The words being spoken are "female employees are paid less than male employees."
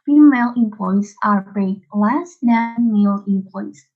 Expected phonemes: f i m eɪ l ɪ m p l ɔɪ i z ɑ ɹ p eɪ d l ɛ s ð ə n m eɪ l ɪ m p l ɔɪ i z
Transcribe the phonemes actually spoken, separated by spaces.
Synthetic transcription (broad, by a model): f i m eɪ l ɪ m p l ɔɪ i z ɑ ɹ b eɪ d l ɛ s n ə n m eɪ l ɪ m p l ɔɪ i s